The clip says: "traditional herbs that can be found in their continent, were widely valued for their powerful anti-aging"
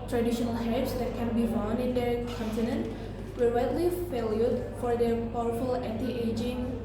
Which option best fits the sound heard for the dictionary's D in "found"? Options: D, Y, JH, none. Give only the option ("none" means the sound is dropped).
none